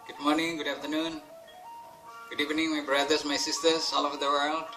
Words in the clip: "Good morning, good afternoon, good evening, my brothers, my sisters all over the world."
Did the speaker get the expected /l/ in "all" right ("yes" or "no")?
yes